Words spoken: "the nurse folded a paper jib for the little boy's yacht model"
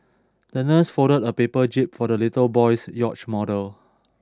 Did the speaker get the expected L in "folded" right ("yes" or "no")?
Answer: no